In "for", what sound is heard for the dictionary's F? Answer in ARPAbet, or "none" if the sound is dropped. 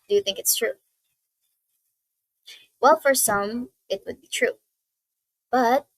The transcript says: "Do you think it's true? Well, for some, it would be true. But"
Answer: F